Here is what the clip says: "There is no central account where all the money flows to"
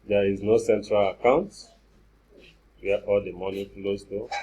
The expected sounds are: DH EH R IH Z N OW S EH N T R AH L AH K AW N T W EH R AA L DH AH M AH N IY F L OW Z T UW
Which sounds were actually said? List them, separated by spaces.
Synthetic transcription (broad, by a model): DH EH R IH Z N OW S EH N T R AH L AH K AW N T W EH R AA L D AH M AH N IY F L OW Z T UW